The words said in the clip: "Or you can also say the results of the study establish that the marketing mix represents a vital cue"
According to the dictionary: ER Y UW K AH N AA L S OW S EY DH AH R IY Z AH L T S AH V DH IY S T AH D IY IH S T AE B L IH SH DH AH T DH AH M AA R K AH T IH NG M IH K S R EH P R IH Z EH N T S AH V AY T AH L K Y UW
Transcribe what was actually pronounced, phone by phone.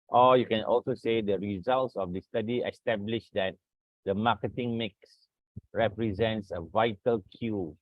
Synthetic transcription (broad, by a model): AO Y UW K AH N AA L S OW S EY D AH R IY Z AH L T S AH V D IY S T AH D IY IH S T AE B L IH SH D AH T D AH M AA K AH T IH NG M IH K S R EH P R IH Z EH N T S AH V AY T AH L K Y UW